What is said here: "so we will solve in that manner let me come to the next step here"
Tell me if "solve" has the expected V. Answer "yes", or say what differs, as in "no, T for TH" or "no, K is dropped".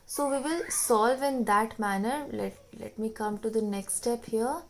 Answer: yes